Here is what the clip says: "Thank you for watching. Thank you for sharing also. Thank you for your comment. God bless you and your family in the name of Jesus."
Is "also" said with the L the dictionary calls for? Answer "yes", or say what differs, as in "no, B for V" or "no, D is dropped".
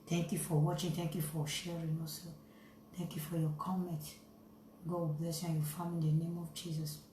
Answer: no, L is dropped